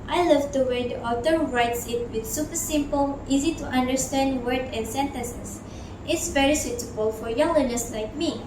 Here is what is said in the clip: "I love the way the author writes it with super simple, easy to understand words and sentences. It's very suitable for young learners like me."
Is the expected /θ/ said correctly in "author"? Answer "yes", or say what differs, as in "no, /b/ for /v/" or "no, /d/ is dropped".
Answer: no, /t/ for /θ/